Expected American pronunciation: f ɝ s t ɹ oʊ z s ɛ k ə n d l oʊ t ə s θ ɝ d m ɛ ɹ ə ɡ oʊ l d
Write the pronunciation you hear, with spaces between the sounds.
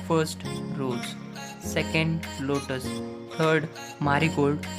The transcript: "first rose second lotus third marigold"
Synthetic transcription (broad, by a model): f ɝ s t ɹ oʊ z s ɛ k ə n d l oʊ t ə s t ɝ d m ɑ ɹ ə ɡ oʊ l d